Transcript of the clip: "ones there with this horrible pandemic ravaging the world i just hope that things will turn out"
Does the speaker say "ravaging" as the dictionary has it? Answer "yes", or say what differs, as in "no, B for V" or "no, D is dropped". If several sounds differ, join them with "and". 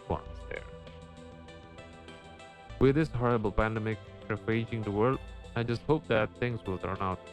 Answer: no, V is dropped